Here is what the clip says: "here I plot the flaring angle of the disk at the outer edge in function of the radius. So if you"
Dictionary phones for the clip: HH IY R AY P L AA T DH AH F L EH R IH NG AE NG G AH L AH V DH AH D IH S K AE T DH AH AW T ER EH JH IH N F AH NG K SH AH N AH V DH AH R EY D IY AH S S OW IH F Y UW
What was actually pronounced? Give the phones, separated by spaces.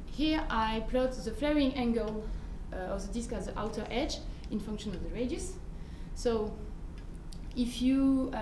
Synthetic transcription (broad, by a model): HH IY R AY P L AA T DH AH F L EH R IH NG AE NG G AH L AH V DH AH D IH S K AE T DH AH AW T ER EH JH IH N F AH NG K SH AH N AH V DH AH R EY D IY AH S S OW IH F Y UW